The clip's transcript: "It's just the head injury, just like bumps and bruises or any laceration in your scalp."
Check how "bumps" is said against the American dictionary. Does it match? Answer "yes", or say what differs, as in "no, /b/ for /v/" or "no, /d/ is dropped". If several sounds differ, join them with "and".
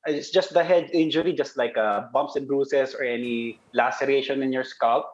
yes